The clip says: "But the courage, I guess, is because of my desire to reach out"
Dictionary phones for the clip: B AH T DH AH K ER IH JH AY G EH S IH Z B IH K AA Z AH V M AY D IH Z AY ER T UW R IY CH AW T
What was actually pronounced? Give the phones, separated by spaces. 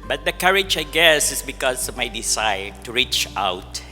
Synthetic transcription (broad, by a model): B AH T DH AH K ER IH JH AY G EH S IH S B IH K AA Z M AY D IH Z AY T UW R IY CH AW T